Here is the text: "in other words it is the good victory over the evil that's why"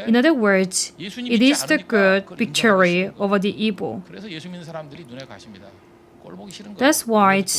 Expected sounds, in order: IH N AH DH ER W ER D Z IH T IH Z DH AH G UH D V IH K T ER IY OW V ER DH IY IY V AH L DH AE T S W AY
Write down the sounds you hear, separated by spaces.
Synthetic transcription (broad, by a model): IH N AH DH ER W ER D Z IH T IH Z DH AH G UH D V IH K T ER IY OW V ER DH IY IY B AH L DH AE T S W AY